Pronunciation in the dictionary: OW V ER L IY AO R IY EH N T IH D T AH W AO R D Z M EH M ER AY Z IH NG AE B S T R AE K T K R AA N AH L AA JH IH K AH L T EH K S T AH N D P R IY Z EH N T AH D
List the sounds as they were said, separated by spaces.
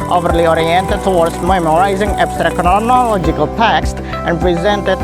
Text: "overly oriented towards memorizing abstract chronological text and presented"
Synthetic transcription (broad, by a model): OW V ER L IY AO R IY EH N T IH D T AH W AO R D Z M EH M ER AY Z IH NG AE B S T R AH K K R AA N AH L AA JH IH K AH L T EH K S T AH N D P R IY Z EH N T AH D